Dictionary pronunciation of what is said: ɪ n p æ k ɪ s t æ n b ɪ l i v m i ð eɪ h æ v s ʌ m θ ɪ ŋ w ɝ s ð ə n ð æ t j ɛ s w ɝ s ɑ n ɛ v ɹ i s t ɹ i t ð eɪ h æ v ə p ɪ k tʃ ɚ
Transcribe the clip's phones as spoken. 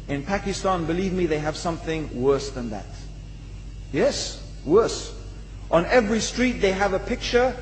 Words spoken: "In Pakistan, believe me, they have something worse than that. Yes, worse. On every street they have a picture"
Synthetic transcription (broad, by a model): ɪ n p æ k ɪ s t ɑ n b ɪ l i v m i ð eɪ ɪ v s ʌ m θ ɪ ŋ w ɝ s ð ə n ð æ t j ɛ s w ɝ s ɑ n ɛ v ɹ i s t ɹ i t ð eɪ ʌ v ə p ɪ k tʃ ɚ